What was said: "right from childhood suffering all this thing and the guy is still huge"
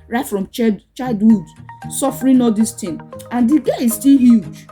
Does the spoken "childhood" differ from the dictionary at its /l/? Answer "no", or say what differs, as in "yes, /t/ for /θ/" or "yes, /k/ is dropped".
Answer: yes, /l/ is dropped